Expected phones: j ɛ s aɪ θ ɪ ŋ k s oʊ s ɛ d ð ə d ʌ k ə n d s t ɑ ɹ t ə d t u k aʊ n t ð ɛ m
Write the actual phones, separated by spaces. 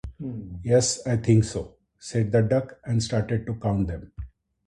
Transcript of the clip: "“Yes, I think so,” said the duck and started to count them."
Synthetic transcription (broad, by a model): j ɛ s aɪ t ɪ ŋ k s oʊ s ɛ d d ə d ʌ k ə n d s t ɑ ɹ t ə d t u k aʊ n t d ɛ m